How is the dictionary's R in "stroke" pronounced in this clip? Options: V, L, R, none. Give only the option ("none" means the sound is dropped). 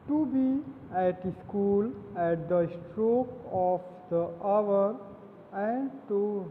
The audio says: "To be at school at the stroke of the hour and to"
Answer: R